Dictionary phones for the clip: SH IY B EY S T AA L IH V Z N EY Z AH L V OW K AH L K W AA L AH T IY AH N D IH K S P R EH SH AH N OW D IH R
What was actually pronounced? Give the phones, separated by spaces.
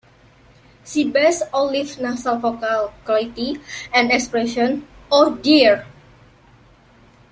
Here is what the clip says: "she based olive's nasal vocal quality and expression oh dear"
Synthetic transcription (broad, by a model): S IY B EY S AA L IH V N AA S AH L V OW K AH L K W AA L AH T IY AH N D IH K S P R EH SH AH N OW D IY R